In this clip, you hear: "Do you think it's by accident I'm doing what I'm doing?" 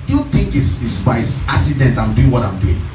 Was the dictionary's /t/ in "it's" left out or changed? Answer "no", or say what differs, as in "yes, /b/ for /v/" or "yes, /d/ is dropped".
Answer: yes, /s/ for /t/